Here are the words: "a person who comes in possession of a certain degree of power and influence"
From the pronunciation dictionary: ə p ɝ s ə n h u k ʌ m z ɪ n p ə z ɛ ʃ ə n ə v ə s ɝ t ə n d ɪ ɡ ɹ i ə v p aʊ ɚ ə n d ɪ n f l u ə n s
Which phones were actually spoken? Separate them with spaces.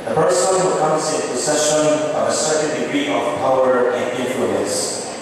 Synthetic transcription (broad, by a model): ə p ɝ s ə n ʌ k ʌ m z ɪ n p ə s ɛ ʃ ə n ə v ə s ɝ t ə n d ɪ ɡ ɹ i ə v p aʊ ɚ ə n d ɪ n f l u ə n s